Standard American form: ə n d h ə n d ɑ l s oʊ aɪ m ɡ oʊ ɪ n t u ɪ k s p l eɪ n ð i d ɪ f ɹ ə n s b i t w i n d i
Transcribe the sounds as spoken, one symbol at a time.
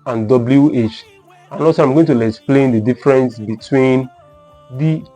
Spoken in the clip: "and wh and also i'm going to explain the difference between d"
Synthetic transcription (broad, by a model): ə n d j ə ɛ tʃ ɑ n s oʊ aɪ m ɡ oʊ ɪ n t u ɪ k s p l eɪ n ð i d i f ɹ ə n s b i t w i n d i